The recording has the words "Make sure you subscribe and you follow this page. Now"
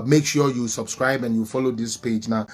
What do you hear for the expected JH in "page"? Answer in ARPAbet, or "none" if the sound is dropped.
JH